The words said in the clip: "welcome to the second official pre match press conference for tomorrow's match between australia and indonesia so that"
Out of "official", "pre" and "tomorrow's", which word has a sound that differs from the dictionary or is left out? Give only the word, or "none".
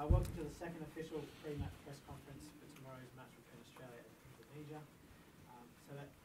none